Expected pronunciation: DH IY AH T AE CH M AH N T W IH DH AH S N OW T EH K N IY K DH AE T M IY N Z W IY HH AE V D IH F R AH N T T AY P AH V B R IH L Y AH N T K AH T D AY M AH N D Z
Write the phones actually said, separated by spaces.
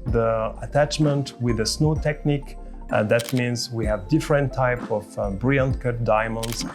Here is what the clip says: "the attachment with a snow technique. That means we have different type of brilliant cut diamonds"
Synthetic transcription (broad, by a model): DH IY AH T AE CH M AH N T W IH DH AH S N OW T EH K N IY K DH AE T M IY N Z W IY HH AE V D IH F R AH N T T AY P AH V B R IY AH N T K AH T D AY M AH N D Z